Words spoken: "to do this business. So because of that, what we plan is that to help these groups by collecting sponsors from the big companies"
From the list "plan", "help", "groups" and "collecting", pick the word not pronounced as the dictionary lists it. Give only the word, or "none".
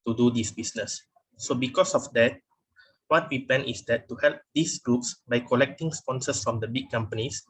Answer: plan